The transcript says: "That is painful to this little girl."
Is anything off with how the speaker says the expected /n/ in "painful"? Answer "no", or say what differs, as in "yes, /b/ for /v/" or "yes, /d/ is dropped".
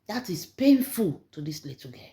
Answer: no